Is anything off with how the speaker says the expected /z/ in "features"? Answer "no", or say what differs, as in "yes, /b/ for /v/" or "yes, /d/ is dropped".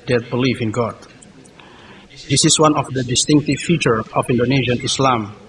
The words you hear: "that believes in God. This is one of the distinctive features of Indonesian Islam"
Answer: yes, /z/ is dropped